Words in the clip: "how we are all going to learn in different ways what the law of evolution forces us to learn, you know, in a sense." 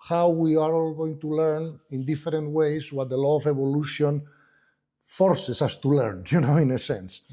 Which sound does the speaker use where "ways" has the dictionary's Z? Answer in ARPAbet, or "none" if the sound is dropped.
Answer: S